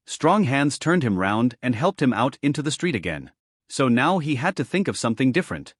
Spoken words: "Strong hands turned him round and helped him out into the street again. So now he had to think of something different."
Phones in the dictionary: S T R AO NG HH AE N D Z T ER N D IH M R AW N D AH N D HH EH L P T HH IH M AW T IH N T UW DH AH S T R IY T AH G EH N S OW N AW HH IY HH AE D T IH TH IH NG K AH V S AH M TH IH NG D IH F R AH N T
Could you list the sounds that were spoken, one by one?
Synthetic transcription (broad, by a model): S T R AO NG HH AE N D Z T ER N D IH M R AW N D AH N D HH EH L P T HH IH M AW T IH N T UW DH AH S T R IY T AH G EH N S OW N AW IY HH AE D T IH TH IH NG K AH V S AH M TH IH NG D IH F R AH N T